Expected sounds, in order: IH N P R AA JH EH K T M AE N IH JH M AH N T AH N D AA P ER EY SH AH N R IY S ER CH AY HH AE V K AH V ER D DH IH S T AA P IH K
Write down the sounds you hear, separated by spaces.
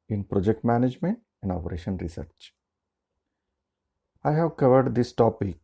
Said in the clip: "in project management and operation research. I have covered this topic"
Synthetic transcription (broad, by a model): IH N P R AA JH EH K T M AE N IH JH M AH N T AH N D AA P ER EY SH AH N R IY S ER CH AY HH AE V K AH V ER D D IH S T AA P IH K